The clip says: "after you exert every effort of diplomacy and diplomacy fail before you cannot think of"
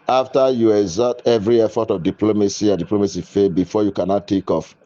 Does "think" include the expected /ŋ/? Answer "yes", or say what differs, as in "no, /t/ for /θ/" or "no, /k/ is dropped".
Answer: no, /ŋ/ is dropped